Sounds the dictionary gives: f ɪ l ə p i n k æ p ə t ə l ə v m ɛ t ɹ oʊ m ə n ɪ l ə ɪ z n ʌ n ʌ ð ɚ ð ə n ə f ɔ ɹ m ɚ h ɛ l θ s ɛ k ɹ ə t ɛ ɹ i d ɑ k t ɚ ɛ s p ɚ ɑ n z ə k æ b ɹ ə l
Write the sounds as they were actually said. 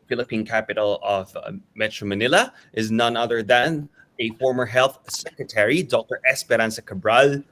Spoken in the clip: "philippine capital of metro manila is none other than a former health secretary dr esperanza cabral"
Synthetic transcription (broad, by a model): f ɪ l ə p i n k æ p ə t l ə v m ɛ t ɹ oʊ m ə n ɪ l ə ɪ z n ʌ n ʌ ð ɚ ð ə n ə f ɔ ɹ m ɚ h ɛ l θ s ɛ k ɹ ə t ɛ ɹ i d ɑ k t ɚ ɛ s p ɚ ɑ n s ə k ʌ b ɹ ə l